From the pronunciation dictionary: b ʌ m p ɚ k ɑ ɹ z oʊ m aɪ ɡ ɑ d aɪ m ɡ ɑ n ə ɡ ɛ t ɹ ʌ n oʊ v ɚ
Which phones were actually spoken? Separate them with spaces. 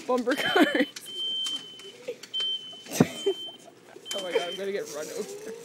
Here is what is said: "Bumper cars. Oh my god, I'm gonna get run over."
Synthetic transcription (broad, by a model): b ʌ m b ɚ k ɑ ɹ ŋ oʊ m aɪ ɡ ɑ aɪ m ɡ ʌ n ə ɡ ɛ t ɹ ʌ n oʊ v ɚ